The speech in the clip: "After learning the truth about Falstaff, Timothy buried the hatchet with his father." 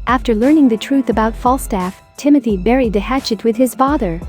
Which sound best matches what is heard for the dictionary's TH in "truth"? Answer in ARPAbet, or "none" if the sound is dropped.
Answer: TH